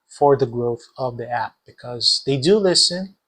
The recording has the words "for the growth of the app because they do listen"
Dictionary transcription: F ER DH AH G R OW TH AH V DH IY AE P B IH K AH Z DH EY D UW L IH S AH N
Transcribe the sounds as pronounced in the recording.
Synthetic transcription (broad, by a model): F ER DH AH G R OW TH AH V DH IY AE P B IH K AH Z DH EY D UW L IH S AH N